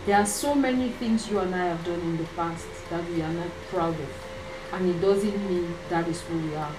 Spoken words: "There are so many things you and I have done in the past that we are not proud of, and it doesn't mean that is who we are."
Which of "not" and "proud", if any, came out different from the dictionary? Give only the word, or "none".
none